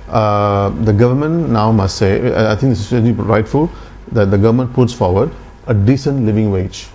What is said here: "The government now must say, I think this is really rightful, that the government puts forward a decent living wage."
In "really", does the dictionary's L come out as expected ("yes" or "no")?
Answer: no